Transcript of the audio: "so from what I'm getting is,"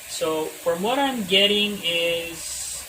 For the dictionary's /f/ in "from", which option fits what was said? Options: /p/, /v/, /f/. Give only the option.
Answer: /f/